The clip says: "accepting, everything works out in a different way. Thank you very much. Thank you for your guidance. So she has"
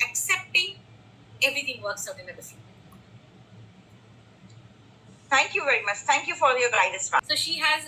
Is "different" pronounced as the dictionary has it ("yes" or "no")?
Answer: no